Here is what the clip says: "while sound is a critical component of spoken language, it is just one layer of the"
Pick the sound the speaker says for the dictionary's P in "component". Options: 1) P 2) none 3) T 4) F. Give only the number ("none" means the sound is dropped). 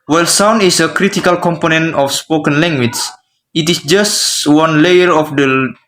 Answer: 1